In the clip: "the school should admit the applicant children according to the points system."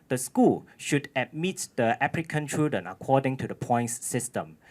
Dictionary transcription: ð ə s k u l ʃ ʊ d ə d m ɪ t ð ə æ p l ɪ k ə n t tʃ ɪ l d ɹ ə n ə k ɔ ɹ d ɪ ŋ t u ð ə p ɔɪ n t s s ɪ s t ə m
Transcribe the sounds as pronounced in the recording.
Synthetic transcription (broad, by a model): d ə s k u l ʃ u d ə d m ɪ t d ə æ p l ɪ k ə n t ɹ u d ə n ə k ɔ d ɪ ŋ t u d ə p ɔɪ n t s s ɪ s t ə m